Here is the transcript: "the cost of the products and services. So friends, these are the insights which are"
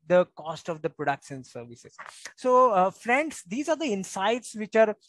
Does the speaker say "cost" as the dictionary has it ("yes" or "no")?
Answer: yes